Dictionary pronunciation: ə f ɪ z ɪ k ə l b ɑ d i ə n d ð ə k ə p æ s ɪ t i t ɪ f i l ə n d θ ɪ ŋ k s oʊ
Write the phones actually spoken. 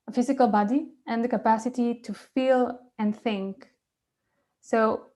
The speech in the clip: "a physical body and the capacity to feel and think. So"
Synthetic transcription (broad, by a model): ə f ɪ z ɪ k ə l b ɑ d i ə n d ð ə k ə p æ s ɪ t i t ɪ f i l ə n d θ ɪ ŋ k s oʊ